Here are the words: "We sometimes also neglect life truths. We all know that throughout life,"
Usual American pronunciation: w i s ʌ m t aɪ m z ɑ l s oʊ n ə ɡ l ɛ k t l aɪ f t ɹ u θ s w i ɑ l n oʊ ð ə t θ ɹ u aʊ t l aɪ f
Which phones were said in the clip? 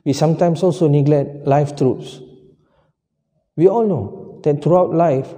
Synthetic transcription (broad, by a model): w i s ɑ m t aɪ m s ɑ l s oʊ n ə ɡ l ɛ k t l aɪ f t ɹ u t s w i ɑ l n oʊ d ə t t ɹ u aʊ t l aɪ f